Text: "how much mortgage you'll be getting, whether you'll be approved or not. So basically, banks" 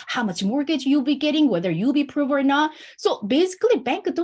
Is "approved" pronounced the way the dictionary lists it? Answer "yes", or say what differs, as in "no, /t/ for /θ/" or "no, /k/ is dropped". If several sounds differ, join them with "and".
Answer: no, /d/ is dropped